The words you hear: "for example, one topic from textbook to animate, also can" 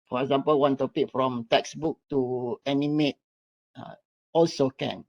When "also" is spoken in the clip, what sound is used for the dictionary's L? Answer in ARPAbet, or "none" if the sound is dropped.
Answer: L